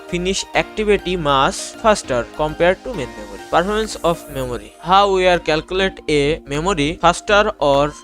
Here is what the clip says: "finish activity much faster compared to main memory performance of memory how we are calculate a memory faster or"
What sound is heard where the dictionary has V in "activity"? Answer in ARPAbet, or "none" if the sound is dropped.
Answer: B